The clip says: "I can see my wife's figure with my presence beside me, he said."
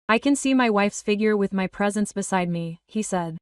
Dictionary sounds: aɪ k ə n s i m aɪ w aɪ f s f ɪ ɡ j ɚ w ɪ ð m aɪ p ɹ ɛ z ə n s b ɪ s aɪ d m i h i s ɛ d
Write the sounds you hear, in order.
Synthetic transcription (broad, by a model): aɪ k ə n s i m aɪ w aɪ f s f ɪ ɡ j ɚ w ɪ ð m aɪ p ɹ ɛ z ə n s b ɪ s aɪ d m i h i s ɛ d